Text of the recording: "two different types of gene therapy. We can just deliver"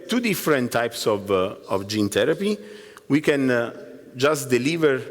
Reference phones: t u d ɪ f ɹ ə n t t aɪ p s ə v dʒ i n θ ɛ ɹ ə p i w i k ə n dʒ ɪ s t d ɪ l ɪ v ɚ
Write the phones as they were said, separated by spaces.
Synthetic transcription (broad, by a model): t u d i f ɹ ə n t t aɪ p s ə v dʒ i n t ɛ ɹ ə p i w i k ə n dʒ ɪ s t d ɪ l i v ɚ